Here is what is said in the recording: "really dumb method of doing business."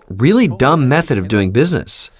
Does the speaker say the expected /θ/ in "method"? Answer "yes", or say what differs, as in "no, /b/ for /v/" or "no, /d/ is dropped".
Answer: yes